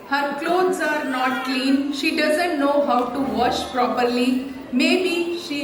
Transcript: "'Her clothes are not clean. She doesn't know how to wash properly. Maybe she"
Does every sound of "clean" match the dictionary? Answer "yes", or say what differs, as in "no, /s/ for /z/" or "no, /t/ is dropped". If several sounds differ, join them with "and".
yes